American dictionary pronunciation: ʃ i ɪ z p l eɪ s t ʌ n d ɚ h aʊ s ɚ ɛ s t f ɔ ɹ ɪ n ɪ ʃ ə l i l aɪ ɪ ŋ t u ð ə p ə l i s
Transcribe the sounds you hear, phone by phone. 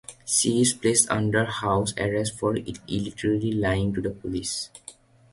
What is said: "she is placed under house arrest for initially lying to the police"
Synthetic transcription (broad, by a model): s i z p l eɪ s t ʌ n d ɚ h aʊ s ɚ ɛ s t f ɔ ɹ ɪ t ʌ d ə l i l aɪ ɪ ŋ t u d ə p ə l i s